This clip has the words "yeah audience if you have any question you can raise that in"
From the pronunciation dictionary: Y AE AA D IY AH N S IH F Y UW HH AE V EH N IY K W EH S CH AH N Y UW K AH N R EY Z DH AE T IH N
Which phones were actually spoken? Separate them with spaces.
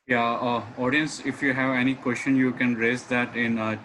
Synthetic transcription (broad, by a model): Y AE AA D IY AH N S IH F Y UW HH AE V EH N IY K W EH S CH AH N Y UW K AH N R EY Z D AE T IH N